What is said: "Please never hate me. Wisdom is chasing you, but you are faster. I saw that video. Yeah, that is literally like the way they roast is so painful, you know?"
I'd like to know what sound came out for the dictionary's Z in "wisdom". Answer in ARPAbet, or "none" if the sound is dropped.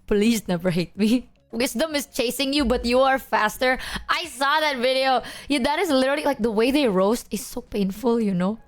S